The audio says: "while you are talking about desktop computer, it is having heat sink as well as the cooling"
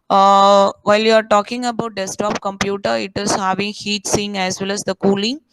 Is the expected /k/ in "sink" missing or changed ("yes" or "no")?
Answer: yes